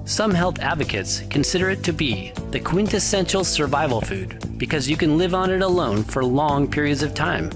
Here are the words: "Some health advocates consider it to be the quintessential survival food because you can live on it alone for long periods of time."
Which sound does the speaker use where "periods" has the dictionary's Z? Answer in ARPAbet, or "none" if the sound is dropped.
Z